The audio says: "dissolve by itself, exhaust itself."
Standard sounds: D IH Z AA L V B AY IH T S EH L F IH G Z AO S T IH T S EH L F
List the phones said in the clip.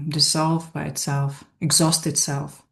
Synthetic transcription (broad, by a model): D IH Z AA L V B AY IH T S EH L F IH G Z AO S T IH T S EH L F